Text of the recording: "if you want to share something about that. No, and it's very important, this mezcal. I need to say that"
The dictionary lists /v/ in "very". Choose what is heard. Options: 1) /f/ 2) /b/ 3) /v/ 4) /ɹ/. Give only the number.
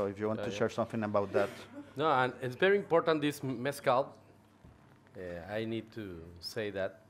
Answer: 3